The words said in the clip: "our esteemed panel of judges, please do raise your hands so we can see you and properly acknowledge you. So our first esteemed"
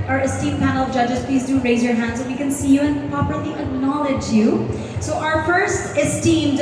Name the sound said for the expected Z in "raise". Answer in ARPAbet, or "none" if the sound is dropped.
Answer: Z